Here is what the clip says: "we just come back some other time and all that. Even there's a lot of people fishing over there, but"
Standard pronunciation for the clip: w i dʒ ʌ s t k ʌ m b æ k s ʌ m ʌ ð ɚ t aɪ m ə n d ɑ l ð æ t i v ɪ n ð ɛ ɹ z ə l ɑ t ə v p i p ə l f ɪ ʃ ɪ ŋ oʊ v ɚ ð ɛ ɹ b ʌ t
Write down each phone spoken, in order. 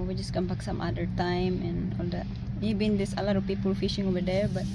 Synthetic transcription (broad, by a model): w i dʒ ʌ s k ʌ m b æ k s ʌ m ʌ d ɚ t aɪ m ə n ɑ l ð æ t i b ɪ n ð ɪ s ə l ɑ t ə v p i p ə l f ɪ ʃ ɪ ŋ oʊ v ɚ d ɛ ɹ b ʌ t